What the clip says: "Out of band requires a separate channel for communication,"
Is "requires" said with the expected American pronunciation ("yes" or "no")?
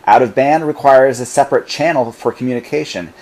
yes